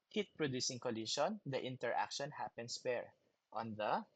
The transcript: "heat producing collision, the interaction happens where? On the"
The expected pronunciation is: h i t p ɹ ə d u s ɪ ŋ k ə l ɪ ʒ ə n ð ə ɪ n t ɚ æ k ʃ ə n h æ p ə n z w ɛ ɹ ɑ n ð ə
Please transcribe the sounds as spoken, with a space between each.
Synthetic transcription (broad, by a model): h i t p ɹ ə d u s ɪ ŋ k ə l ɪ ʃ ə n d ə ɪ n t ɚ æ k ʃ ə n h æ p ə n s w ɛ ɹ ɑ n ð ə